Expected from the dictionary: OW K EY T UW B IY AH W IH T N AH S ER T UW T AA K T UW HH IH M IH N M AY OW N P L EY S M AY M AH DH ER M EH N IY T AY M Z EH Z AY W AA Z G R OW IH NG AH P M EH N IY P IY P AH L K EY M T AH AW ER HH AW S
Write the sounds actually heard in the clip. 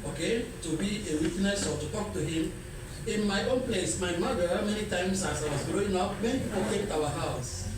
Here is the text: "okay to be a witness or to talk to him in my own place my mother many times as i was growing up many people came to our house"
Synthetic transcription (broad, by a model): OW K EY T UW B IY AH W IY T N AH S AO T UW T AA K T UW HH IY M IH N M AY OW N P L EY S M AY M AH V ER M EH N IY T AY M S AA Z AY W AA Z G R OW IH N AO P M EH N IY P IY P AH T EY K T AW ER HH AW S